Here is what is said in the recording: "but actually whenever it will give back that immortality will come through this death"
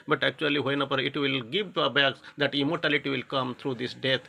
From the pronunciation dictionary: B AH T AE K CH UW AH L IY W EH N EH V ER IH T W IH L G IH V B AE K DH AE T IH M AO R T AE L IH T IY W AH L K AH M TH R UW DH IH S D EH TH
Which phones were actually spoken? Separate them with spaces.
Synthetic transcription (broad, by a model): B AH T AE K CH UW AH L IY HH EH N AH P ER IH T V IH L G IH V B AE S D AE T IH M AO R T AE L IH T IY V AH L K AH M T R UW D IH S D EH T